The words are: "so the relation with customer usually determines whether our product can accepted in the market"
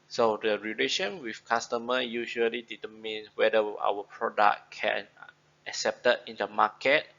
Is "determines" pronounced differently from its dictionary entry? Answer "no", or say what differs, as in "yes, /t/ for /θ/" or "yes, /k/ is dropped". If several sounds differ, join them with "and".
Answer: yes, /z/ is dropped